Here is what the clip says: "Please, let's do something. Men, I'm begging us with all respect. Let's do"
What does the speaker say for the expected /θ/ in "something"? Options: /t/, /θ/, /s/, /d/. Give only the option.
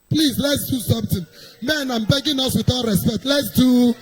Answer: /t/